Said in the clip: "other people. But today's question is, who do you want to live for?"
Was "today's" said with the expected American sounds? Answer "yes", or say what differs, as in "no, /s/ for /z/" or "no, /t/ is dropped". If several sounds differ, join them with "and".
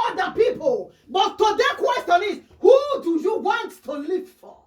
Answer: no, /z/ is dropped